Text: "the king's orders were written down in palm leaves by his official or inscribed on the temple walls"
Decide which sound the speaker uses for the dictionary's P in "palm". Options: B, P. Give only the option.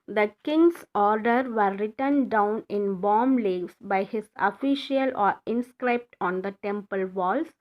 B